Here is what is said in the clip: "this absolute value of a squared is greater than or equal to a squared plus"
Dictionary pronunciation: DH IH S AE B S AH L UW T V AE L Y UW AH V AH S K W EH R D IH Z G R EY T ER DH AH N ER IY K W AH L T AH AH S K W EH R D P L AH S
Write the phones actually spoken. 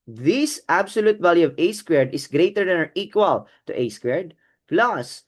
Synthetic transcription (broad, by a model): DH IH S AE B S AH L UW T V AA L Y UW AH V AH S K W EH R D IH S G R EY T ER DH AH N ER IY K W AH L T AH AH S K W EH R D P L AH S